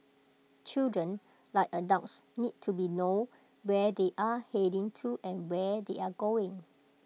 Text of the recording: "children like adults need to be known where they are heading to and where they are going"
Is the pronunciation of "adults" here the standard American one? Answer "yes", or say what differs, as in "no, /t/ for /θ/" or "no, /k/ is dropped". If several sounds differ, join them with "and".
no, /l/ is dropped